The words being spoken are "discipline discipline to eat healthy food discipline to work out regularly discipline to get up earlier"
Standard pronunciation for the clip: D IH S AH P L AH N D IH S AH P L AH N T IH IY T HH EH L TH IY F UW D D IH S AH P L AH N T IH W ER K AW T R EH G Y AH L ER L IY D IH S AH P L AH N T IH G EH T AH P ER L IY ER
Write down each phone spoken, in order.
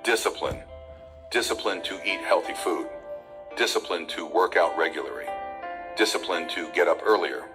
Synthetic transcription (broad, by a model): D IH S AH P L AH N D IH S AH P L AH N T IH IY T HH EH L TH IY F UW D D IH S AH P L AH N T IH W ER K AW T R EH G Y L ER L IY D IH S AH P L AH N T IH G EH T AH P ER L IY ER